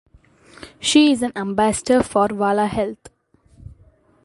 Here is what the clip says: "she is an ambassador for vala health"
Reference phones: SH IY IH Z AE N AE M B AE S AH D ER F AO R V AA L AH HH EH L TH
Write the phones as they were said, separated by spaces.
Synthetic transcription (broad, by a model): SH IY IH Z AE N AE M B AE S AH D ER F AO R V AA L AH HH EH L T